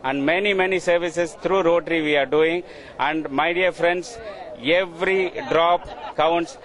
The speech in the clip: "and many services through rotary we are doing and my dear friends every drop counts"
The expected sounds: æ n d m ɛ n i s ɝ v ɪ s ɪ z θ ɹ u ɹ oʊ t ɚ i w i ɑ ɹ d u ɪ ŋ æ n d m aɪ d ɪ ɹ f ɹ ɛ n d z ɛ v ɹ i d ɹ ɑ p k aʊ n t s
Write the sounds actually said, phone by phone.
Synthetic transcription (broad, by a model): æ n d m ɛ n i s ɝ v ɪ s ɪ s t ɹ u ɹ oʊ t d i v i ɑ ɹ d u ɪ ŋ æ n d m aɪ d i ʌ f ɹ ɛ n d s ɛ v ɹ i d ɹ ɑ p k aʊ n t s